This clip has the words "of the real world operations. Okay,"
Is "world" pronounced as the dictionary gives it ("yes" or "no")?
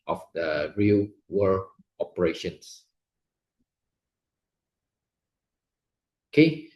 no